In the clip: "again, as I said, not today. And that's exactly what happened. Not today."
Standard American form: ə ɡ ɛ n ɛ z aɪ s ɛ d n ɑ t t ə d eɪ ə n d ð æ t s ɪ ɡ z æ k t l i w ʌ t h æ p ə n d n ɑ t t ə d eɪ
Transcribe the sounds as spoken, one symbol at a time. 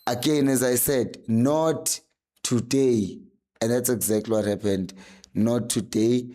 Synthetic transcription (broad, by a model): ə ɡ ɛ n ɛ z aɪ s ɛ d n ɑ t t ə d eɪ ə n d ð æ t s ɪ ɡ z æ k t l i w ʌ t h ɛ p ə n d n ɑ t t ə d eɪ